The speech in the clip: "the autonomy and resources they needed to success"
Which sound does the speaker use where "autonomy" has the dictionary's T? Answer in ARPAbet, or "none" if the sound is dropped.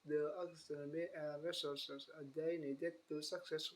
S